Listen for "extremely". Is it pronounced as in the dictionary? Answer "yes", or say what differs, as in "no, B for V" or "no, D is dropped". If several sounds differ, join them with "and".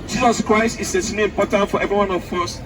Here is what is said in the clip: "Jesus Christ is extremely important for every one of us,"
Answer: no, K is dropped and L is dropped